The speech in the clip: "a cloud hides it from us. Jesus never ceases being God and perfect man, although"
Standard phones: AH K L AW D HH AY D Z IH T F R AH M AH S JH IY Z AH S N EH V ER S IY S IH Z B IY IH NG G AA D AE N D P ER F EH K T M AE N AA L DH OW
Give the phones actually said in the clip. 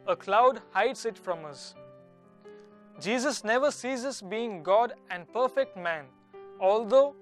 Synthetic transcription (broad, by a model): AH K L AW D HH AY D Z IH T F R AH M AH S JH IY Z AH S N EH V ER S IY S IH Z B IY IH NG G AA D AE N D P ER F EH K T M AE N AA L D OW